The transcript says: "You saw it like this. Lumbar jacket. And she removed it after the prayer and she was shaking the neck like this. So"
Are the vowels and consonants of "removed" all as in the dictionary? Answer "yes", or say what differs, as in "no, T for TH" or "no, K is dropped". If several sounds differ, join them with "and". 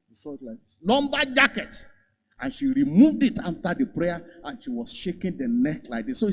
yes